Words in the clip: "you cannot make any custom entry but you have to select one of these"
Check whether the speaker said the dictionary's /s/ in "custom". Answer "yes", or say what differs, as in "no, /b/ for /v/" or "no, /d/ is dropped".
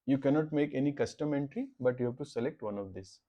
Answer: yes